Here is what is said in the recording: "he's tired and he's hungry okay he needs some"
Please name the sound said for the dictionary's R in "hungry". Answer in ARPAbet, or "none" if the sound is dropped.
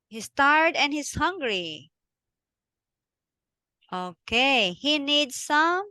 R